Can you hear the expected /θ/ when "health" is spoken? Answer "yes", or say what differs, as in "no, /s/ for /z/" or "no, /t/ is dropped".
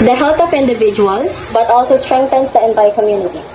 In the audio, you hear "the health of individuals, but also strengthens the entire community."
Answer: no, /t/ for /θ/